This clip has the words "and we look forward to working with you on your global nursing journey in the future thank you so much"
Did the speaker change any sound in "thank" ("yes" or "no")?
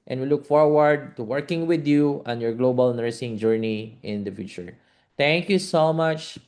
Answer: yes